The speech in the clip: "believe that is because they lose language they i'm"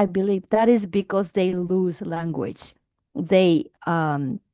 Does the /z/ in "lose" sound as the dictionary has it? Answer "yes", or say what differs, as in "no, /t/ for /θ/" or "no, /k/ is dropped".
yes